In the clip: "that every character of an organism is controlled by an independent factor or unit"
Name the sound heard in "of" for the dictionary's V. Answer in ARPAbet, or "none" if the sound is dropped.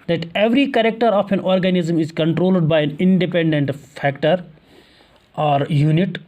P